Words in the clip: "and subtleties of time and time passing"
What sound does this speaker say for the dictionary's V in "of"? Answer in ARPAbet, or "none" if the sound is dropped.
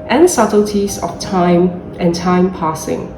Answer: F